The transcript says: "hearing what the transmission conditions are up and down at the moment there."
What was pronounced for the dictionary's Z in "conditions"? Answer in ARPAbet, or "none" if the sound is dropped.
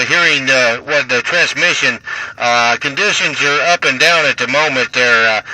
Z